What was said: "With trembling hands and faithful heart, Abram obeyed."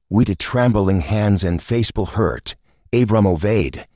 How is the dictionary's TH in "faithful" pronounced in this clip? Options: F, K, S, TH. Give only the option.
S